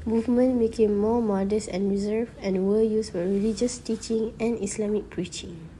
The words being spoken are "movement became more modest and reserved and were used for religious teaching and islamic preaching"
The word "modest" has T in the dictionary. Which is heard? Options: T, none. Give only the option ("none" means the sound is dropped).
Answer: none